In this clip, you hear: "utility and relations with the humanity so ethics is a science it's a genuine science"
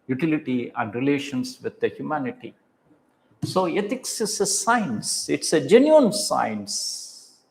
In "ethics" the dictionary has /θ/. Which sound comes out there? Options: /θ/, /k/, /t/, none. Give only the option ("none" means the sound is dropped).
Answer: /t/